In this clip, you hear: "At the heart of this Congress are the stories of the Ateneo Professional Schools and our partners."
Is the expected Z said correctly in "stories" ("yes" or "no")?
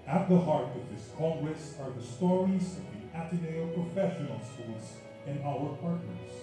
yes